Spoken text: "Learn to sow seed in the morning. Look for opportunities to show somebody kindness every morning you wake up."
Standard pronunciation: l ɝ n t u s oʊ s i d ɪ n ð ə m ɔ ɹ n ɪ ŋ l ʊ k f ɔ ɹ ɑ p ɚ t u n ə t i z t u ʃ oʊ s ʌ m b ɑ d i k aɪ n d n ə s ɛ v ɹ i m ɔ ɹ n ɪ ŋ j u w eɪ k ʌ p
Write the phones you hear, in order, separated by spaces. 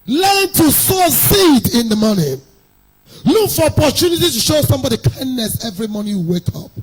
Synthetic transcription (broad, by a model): l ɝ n t u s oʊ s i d ɪ n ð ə m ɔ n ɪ l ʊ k f ɔ ɹ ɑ p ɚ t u n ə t i t u ʃ oʊ s ʌ m b ɑ d i k aɪ n d n ə s ɛ v ɹ i m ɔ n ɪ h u w eɪ k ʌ p